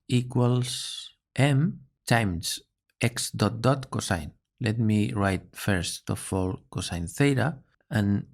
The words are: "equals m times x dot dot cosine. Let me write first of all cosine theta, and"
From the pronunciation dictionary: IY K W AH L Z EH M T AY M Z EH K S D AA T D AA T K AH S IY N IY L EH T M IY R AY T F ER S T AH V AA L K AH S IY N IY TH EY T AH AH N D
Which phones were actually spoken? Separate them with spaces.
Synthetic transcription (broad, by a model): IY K W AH L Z EH M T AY M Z EH K S D AA T D AA T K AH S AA N L EH T M IY R AY T F ER S T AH F AA L K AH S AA N TH EY T AH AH N